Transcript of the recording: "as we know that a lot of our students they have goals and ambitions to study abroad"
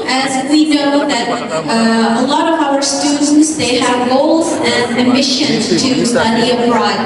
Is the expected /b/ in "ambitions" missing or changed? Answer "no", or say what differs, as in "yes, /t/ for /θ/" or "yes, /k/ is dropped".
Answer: yes, /b/ is dropped